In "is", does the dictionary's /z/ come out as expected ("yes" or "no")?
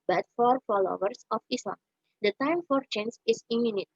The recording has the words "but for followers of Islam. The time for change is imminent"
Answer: no